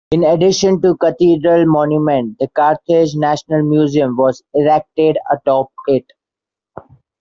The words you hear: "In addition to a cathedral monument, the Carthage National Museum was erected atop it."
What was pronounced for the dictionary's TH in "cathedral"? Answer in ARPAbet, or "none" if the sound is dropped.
T